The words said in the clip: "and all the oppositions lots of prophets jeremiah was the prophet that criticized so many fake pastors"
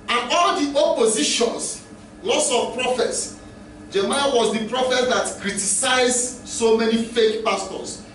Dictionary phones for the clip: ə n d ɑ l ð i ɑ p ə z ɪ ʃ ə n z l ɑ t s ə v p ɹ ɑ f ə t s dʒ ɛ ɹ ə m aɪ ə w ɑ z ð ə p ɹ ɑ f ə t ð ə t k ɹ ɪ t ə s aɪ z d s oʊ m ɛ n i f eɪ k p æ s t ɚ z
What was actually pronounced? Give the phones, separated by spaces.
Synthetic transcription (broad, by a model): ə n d ɑ l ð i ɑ p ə z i ʃ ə n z l ɑ s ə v p ɹ ɑ f ə t s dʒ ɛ m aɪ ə w ɑ z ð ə p ɹ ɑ f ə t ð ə t k ɹ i t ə s aɪ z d s oʊ m ɛ n i f eɪ k p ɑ s t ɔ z